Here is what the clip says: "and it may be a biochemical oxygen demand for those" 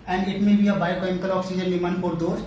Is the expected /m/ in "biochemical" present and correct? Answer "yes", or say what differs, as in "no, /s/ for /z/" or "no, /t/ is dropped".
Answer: no, /m/ is dropped